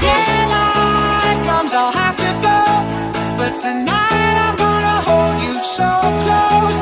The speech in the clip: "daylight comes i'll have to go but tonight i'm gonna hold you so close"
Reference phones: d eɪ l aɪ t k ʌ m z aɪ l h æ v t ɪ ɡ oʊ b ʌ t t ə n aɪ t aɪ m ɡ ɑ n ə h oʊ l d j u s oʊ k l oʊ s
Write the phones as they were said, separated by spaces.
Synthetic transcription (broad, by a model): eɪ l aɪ k ʌ m z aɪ l h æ f t ɪ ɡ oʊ b ʌ t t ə n aɪ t aɪ m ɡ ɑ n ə h oʊ l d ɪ s oʊ k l oʊ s